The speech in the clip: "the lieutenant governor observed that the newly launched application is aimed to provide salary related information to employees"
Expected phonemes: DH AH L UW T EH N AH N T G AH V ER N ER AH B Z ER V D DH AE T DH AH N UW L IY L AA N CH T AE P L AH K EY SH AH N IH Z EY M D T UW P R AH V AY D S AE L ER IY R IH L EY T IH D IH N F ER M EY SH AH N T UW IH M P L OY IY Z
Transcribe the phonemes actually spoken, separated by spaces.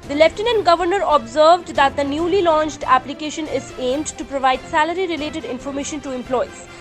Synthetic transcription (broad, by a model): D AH L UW T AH N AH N G AH V ER N ER AH B Z ER V D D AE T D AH N UW L IY L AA N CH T AE P L AH K EY SH AH N IH Z EY M D T UW P R AH V AY D S AE L ER IY R IH L EY T IH D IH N F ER M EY SH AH N T UW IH M P L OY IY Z